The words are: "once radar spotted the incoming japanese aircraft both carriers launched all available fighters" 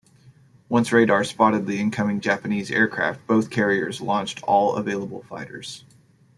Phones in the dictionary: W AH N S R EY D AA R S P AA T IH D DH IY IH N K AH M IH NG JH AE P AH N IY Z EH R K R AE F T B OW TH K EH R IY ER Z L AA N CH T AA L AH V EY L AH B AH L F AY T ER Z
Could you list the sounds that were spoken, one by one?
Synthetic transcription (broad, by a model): W AH N S R EY D AA R S P AA T IH D DH IY IH N K AH M IH NG JH AE P AH N IY Z EH R K R AE F T B OW TH K EH R IY ER Z L AA N CH T AA L AH V EY L AH B L F AY T ER Z